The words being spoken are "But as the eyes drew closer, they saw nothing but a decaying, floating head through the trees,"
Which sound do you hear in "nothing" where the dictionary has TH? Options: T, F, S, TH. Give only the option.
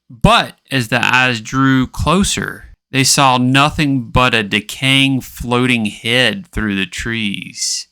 TH